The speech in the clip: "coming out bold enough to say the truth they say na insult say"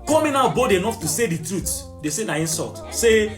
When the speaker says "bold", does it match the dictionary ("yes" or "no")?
no